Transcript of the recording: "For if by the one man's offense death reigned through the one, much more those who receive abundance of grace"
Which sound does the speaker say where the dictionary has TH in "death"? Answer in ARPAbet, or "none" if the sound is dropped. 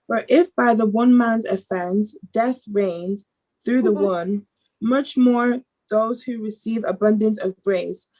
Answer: TH